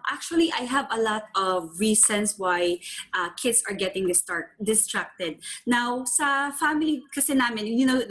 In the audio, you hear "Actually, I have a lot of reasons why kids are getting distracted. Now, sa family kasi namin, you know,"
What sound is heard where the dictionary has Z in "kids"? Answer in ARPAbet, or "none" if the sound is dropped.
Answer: S